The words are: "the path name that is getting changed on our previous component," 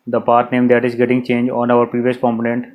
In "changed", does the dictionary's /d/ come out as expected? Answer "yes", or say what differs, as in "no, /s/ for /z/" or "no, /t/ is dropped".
no, /d/ is dropped